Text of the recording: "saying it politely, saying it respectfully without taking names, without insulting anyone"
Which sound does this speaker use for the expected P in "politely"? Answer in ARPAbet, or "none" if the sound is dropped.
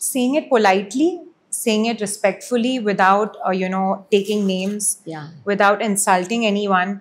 P